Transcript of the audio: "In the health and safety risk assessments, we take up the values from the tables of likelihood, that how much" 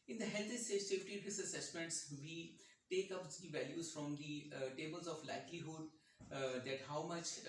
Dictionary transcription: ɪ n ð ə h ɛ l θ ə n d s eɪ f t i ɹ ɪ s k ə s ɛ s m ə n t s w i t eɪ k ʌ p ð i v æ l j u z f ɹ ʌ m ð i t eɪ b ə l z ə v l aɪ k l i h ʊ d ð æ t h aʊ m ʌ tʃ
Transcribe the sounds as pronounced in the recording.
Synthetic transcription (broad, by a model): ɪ n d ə h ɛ l t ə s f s eɪ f t i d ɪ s ə s ɛ s m ə n t s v i t eɪ k ʌ p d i v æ l j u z f ɹ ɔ m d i t eɪ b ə l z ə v l aɪ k l i h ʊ d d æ t h aʊ m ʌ tʃ